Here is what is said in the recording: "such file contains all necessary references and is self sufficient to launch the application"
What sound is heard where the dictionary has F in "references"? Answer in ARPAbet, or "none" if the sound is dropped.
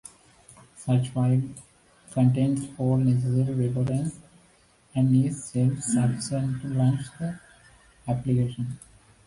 P